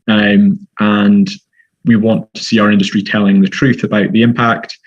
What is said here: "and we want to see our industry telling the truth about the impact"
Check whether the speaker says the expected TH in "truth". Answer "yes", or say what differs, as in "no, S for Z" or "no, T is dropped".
yes